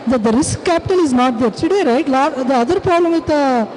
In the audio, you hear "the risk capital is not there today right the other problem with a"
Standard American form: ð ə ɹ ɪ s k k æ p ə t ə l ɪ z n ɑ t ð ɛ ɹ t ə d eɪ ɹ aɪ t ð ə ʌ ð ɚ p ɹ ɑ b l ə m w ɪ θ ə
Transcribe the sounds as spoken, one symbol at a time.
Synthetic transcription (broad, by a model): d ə ɹ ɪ s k k æ p ə t ə l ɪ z n ɑ t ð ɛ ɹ s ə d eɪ ɹ aɪ t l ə ʌ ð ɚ p ɹ ɑ b l ə m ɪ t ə